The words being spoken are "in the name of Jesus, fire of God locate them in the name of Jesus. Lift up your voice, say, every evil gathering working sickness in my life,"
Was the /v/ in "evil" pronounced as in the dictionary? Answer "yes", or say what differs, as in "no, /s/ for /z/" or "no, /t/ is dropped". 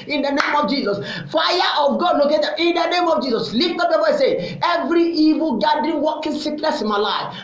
yes